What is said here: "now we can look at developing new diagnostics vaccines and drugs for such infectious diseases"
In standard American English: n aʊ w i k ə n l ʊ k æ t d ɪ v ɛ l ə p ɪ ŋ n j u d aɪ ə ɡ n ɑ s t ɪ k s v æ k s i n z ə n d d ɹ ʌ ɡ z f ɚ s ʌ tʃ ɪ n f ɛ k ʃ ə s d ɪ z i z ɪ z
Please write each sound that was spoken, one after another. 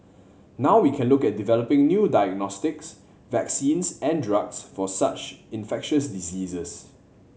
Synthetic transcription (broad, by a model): n aʊ w i k ə n l ʊ k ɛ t d ɪ v ɛ l ə p ɪ ŋ n j u d aɪ ə ɡ n ɑ s t ɪ k s v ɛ k s i n s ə n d d ɹ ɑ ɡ s f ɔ s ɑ tʃ ɪ n f ɛ k ʃ ə s d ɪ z i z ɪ s